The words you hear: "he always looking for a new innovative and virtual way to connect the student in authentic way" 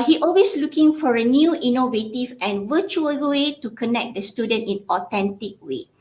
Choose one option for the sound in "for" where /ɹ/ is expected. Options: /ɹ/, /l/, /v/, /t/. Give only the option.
/ɹ/